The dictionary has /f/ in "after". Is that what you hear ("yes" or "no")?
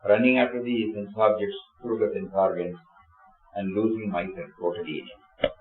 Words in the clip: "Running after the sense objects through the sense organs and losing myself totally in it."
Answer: no